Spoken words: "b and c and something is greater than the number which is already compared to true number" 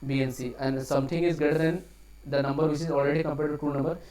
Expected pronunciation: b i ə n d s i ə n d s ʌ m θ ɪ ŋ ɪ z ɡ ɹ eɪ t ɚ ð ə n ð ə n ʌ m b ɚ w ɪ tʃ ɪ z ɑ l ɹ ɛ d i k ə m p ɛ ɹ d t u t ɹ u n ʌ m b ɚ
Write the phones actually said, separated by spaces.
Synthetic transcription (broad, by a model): b i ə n s i ə n d s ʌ m t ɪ ŋ ɪ z ɡ eɪ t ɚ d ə n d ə n ʌ m b ɚ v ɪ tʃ ɪ z ɑ l ɹ ɛ d i k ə m p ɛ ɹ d t u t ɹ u n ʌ m b ɚ